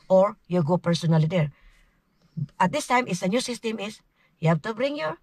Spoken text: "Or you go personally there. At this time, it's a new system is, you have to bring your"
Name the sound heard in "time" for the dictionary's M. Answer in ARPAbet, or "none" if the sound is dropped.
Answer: M